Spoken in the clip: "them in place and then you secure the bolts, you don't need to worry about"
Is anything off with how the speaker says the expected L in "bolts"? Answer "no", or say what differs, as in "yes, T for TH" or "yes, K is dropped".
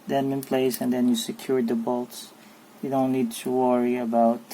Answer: no